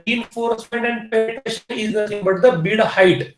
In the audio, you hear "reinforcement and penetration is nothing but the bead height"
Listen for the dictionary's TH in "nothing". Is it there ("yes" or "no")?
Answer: no